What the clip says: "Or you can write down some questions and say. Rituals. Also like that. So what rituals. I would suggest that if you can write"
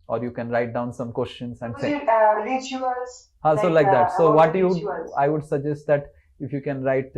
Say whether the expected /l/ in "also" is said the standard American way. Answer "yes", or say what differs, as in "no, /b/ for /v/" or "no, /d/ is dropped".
no, /l/ is dropped